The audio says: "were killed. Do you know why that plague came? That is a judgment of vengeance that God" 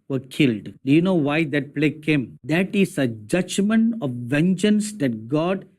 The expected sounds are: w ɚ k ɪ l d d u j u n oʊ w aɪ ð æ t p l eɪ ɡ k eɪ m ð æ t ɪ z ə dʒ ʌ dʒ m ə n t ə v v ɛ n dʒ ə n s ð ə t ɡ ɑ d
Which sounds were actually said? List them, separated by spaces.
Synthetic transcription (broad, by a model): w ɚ k ɪ l d d u j u n oʊ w aɪ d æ t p l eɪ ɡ k eɪ m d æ t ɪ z ə dʒ ʌ dʒ m ə n t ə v v ɛ n dʒ ə n s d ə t ɡ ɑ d